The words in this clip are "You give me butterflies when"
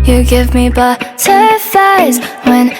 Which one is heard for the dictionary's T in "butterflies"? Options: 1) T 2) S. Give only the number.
2